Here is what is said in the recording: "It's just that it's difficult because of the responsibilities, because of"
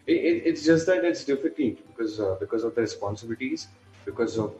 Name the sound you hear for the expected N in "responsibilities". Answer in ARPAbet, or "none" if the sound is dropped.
N